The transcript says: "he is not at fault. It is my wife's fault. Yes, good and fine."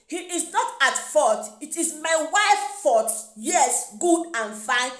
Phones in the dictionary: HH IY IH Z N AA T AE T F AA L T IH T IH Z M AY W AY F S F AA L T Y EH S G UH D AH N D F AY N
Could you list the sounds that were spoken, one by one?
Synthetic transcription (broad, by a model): HH IY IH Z N AA T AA T F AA T IH T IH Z M AY W AY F F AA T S Y EH S G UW D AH N F AY N